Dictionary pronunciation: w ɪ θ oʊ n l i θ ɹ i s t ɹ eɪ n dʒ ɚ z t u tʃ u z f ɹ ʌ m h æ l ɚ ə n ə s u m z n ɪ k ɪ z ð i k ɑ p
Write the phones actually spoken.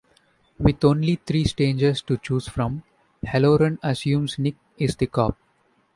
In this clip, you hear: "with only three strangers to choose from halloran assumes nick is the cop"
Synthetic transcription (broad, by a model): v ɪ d oʊ n l i t ɹ i s t eɪ n dʒ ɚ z t u tʃ u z f ɹ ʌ m h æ l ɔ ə n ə s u m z n ɪ k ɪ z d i k ɑ p